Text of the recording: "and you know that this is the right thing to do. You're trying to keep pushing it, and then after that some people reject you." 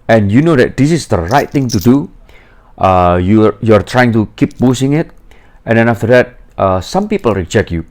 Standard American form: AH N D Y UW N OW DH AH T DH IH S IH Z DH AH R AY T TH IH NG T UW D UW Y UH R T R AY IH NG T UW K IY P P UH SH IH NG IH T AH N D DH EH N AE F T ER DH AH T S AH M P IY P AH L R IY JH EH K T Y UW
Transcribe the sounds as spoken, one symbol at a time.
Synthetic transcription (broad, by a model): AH N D Y UW N OW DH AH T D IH S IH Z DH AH R AY T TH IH NG T UW D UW Y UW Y T R AY IH NG T UW K IY P B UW S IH NG IH T AH N D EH N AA F T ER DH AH T S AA M P IY P AH L R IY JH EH K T Y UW